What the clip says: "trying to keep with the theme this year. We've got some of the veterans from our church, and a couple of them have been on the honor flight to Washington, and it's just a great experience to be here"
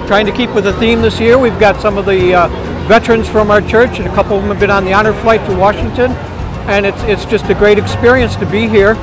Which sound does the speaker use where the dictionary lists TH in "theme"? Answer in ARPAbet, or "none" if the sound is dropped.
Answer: TH